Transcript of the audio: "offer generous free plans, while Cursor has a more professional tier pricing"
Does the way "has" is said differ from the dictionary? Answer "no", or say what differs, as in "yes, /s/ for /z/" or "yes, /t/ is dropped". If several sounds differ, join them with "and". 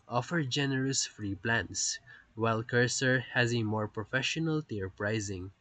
no